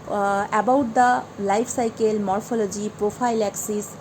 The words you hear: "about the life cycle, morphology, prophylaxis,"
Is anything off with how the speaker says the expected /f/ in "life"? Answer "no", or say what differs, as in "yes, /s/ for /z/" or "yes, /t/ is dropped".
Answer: yes, /p/ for /f/